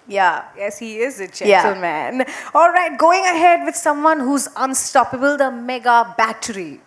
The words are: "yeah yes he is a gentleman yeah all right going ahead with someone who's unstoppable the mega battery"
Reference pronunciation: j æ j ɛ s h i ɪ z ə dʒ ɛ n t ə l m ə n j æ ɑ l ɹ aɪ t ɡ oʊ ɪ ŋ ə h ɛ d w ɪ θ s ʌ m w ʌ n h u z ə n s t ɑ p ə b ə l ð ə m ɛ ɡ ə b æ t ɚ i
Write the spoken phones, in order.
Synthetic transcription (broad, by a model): j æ j ɛ s h i ɪ z ə dʒ ɛ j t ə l m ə n ɑ l ɹ aɪ t ɡ oʊ ɪ ŋ ə h ɛ d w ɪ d s ʌ m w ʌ n h u z ə n s t ɑ p ə b ə l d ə m ɛ ɡ ə b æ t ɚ i